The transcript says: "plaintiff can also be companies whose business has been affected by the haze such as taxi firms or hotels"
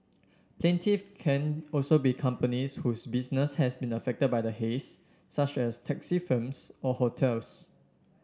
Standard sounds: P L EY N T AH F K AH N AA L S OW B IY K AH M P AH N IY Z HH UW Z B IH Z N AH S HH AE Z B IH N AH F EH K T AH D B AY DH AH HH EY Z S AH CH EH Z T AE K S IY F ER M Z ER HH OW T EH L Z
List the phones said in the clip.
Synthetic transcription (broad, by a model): P L EY N T AH F K AH N AA L S OW B IY K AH M P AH N IY S HH UW S B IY S N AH S HH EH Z B IH N AH F EH K T AH D B AY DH AH HH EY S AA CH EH S T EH K S IY F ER M S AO HH OW T EH L S